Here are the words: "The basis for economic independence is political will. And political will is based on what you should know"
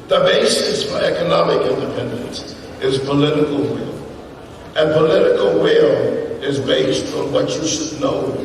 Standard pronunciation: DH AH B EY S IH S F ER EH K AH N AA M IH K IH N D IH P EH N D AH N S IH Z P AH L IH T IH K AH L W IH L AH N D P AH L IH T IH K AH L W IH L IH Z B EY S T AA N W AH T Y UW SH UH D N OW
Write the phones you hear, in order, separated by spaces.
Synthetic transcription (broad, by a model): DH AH B EY S IH S F ER EH K AH N AA M IH K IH N D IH P EH N D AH N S IH Z P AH L IH T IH K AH L W IH L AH N P AH L IH T IH K AH L W IH L IH Z B EY S T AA N W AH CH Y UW SH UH D N OW